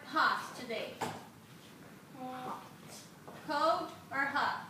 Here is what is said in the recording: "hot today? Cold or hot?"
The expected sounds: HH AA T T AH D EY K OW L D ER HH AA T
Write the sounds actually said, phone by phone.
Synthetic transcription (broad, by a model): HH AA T T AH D EY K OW D ER HH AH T